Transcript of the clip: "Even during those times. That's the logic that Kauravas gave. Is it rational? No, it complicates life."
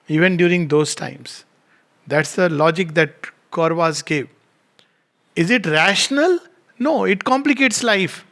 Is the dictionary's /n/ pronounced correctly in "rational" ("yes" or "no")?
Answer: yes